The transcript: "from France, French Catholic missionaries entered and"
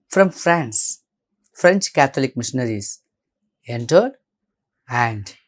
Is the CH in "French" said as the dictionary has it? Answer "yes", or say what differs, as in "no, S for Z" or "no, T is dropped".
yes